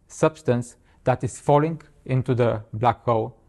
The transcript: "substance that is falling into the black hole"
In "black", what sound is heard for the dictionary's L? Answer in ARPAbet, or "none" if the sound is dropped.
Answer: L